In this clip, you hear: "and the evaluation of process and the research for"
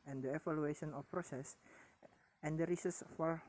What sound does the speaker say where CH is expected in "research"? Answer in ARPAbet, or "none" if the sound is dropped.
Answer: S